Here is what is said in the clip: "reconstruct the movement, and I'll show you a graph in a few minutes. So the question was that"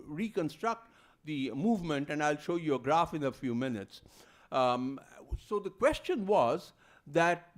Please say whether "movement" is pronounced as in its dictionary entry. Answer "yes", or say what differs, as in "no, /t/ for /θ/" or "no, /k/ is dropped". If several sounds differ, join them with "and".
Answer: yes